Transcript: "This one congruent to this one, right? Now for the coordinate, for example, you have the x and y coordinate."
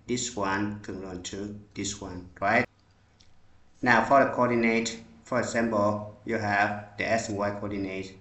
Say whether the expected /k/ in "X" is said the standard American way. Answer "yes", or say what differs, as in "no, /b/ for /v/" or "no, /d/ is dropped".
no, /k/ is dropped